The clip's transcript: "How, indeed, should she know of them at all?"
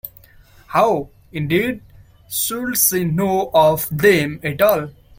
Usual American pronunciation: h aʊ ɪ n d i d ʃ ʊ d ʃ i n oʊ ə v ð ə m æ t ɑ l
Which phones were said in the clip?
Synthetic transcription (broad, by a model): h aʊ ɪ n d i d s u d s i n oʊ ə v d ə m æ t ɑ l